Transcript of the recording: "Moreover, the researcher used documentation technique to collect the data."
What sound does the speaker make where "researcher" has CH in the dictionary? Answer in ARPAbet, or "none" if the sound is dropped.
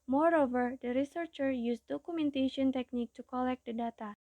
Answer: CH